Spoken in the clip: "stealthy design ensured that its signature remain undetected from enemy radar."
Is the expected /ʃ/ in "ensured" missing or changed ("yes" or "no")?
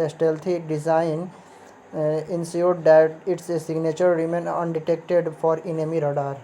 yes